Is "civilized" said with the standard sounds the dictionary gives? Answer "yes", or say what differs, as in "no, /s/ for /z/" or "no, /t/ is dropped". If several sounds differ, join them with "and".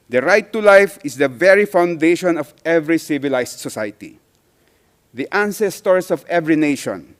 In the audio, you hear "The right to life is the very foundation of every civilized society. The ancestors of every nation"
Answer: no, /s/ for /z/